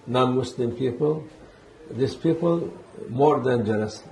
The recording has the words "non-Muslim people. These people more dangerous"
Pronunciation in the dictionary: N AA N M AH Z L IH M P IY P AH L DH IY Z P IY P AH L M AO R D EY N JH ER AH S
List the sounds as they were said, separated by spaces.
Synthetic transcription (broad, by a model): N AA N M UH S L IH M P IY P AH L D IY S P IY P AH L M AO R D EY N JH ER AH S